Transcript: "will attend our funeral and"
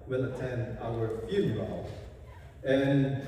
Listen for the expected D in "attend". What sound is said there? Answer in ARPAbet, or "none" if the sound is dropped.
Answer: none